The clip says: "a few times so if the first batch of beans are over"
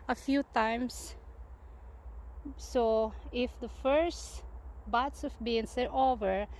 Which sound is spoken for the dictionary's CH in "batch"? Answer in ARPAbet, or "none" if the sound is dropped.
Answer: S